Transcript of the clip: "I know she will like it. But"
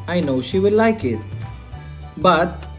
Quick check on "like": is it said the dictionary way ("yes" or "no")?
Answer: yes